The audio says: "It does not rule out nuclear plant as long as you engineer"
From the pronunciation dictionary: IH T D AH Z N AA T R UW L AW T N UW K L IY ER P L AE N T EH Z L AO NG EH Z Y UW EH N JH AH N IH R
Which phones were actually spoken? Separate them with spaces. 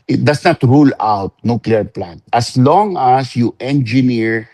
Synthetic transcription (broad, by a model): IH T D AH S N AA T R UW L AW T N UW K L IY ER P L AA N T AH S L AO NG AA S Y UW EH N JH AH N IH R